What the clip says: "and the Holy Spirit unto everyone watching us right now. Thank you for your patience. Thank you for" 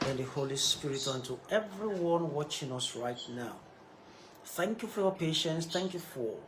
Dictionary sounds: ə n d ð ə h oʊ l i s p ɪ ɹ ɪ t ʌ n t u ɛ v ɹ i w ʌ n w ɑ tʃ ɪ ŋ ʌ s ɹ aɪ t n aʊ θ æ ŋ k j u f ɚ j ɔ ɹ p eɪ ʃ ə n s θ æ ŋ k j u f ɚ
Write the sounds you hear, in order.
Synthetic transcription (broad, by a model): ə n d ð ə h oʊ l i s p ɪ ɹ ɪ t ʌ n t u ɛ v ɹ i w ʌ n w ɑ tʃ ɪ ŋ ʌ s ɹ aɪ t n aʊ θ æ ŋ k j u f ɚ j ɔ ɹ p eɪ ʃ ə n s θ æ ŋ k j u f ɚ